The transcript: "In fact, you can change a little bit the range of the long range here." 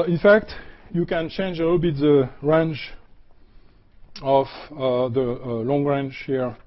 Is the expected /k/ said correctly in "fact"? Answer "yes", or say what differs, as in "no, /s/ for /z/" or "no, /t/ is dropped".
yes